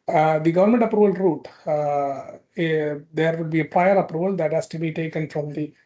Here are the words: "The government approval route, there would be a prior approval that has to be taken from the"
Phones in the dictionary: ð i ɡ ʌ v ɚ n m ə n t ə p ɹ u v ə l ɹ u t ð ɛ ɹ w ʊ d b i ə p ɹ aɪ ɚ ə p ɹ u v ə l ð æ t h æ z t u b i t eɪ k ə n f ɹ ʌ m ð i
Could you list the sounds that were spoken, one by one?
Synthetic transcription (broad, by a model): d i ɡ ʌ v ɚ n m ə n t ə p ɹ u v ə l ɹ u t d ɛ ɹ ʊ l b i ə p ɹ aɪ ɚ ə p ɹ u v ə l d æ t h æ s t u b i t eɪ k ə n f ɹ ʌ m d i